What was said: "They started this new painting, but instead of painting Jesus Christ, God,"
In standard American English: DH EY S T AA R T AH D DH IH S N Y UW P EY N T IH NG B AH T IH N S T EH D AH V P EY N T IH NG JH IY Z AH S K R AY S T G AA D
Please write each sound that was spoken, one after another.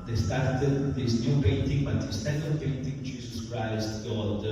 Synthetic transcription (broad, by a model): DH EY S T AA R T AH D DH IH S N Y UW P EY N T IH NG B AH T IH S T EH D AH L P EY N T IH NG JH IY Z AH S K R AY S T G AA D